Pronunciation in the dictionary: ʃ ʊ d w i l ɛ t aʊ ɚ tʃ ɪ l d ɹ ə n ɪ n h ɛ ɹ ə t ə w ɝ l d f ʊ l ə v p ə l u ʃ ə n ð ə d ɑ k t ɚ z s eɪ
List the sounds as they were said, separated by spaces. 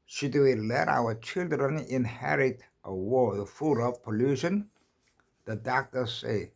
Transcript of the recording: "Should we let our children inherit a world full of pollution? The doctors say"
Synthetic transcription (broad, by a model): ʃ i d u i l ɛ t aʊ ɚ tʃ ɪ l d ɹ ə n ɪ n h ɛ ɹ ə t ə w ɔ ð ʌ f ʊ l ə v p ə l u ʃ ə n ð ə d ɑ k t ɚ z s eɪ